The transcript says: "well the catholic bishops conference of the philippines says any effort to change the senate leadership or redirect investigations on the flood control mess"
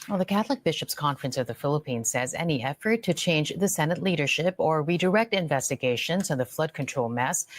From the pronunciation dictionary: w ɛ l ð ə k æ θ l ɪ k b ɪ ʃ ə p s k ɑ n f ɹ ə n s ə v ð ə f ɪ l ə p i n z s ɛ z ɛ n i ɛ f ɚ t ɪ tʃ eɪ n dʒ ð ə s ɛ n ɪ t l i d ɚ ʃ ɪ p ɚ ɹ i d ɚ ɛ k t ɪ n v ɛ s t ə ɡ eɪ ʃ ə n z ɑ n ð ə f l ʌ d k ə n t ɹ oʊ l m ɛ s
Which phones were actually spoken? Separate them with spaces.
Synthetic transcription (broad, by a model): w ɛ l ð ə k æ θ l ɪ k b ɪ ʃ ə p s k ɑ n f ɹ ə n s ə v ð ə f ɪ l ə p i n z s ɛ z ɛ n i ɛ f ɚ t ɪ tʃ eɪ n dʒ ð ə s ɛ n ɪ t l i d ɚ ʃ ɪ p ɚ ɹ i d ɚ ɛ k t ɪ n v ɛ s t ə ɡ eɪ ʃ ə n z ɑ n ð ə f l ʌ d k ə n t ɹ oʊ l m ɛ s